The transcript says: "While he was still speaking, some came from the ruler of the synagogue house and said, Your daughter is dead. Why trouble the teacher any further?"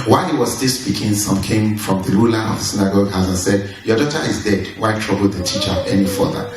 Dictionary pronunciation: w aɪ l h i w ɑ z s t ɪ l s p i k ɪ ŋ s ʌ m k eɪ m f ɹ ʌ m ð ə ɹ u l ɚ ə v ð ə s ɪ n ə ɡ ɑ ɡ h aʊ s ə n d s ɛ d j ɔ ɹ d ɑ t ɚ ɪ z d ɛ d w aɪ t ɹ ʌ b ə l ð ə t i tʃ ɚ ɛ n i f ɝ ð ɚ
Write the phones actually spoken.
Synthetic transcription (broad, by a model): w aɪ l h i w ɑ z s t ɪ l s p i k ɪ ŋ s ʌ m k eɪ m f ɹ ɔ m ð ə l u l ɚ ə v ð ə s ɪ n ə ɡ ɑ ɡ h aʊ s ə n s ɛ d j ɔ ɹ d ɑ t ɚ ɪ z d ɛ d w aɪ t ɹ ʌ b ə l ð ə t i tʃ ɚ ɛ n i f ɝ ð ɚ